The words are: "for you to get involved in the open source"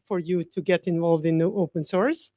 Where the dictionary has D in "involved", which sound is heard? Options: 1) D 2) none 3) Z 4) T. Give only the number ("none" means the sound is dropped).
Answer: 1